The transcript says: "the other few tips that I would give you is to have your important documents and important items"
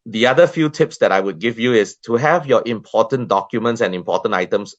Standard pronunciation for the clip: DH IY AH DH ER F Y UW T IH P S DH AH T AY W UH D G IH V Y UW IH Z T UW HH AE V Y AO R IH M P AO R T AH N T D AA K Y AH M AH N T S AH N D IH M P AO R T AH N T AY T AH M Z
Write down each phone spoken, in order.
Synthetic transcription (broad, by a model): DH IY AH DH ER F Y UW T IH P S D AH T AY W UH D G IH V Y UW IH S T UW HH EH V Y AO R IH M P AO T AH N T D AA K Y AH M AH N T S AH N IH M P AO T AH N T AY T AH M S